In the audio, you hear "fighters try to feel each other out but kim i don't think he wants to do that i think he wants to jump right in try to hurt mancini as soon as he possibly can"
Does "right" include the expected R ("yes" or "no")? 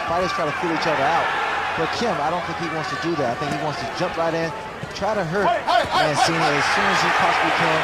yes